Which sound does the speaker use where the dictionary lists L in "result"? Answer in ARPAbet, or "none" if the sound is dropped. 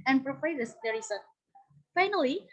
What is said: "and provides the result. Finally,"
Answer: none